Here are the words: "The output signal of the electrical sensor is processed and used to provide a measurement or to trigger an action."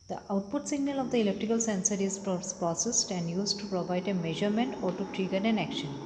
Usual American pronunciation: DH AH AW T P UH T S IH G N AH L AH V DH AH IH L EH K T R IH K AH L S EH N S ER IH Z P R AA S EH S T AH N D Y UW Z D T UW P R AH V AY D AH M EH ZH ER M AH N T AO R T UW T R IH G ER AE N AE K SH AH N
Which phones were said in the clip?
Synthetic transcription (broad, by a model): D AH AW T P UH T S IH G N AH L AH V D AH IH L EH K T R IH K AH L S EH N S ER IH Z P R AA S EH S T AH N D Y UW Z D T UW P R AH V AY D AH M EH ZH ER M AH N T AO R T UW T R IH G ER AE N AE K SH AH N